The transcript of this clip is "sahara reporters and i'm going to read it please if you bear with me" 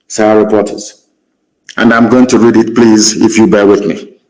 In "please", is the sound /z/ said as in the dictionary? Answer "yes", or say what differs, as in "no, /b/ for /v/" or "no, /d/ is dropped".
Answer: yes